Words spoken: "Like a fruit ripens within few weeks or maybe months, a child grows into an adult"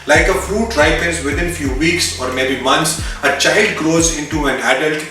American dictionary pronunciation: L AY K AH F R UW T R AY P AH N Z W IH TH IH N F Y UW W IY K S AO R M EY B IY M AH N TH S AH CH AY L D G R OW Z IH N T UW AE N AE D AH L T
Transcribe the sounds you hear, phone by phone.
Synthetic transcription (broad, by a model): L AY K AH F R UW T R AY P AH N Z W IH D IH N F Y UW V IY K S AO R M EY B IY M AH N T S AH CH AY L D G R OW Z IH N T UW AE N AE D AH L T